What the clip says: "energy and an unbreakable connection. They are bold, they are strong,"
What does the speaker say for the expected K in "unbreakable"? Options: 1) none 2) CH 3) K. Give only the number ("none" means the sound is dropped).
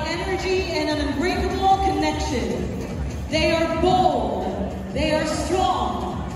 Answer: 1